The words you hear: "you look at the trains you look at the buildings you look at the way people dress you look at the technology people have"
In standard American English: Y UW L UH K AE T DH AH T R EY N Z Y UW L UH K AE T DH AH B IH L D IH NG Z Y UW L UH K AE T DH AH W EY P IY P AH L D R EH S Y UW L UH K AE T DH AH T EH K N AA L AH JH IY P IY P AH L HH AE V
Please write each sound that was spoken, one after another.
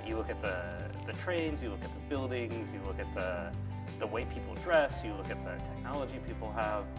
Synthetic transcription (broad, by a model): Y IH L UH K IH T DH AH T R EY N Z Y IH L UH K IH T DH AH B IH L D IH NG Z Y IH L UH K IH T DH AH W EY P IY P L D R EH S Y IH L UH K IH T DH AH T EH K N AA L AH JH IY P IY P L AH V